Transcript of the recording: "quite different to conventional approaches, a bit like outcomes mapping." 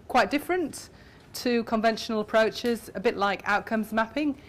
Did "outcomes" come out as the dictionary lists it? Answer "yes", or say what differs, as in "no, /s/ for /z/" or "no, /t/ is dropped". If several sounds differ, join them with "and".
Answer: yes